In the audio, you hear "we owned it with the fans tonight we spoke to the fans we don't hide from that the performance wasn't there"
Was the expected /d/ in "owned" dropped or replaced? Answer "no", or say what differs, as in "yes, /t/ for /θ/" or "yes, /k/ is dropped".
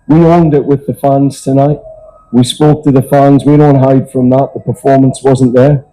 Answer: no